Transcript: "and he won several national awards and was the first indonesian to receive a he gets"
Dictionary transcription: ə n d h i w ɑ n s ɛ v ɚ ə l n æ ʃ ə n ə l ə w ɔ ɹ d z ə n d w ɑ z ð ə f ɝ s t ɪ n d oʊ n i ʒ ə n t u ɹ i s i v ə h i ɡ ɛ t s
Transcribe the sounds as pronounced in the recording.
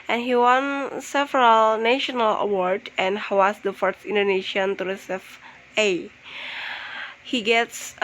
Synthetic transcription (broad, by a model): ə n h i w ɑ n s ɛ v ɚ ə l n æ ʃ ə n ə l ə w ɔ ɹ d ə n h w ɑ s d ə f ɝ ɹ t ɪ n d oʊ n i ʃ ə n t u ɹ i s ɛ f ə h i ɡ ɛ t s